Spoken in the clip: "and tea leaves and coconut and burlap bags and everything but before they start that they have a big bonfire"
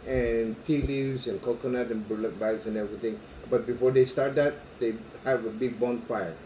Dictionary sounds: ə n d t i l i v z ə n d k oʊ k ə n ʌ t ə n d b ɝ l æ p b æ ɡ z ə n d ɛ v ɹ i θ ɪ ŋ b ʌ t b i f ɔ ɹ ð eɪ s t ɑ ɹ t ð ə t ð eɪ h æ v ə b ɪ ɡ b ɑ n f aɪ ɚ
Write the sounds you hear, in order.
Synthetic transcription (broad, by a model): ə n t i l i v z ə n k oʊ k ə n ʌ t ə n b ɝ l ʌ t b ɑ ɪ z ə n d ɛ v ɹ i t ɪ ŋ b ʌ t b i f ɔ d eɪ s t ɑ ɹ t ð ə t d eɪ h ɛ v ə b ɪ ɡ b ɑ n f aɪ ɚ